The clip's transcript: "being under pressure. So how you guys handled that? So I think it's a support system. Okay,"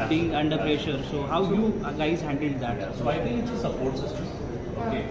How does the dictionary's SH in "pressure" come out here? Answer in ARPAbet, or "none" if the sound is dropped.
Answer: SH